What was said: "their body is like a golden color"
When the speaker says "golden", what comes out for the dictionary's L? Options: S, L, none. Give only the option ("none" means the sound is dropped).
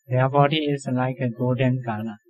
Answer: none